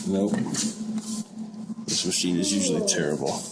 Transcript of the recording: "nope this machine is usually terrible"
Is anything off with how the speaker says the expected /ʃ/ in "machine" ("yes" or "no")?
no